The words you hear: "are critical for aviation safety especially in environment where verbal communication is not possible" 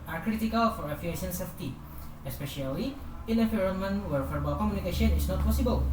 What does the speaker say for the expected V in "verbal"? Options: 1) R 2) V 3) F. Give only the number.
3